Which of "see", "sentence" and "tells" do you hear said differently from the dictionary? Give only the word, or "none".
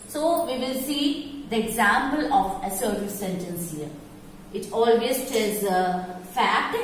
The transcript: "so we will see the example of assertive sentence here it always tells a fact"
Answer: tells